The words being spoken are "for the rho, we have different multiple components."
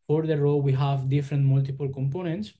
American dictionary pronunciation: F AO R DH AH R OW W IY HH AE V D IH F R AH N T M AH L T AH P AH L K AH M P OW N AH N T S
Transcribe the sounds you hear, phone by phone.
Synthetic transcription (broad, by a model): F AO R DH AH R OW W IY HH AE V D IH F R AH N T M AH L T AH P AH L K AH M P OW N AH N T S